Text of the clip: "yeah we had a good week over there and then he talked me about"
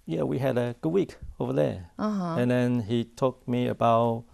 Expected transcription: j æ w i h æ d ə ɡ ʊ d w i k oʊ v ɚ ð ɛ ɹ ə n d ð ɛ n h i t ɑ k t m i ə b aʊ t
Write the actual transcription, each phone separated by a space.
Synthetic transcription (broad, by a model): j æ w i h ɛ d ə ɡ ʊ d w i k oʊ v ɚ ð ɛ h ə n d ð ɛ n h i t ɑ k m i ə b aʊ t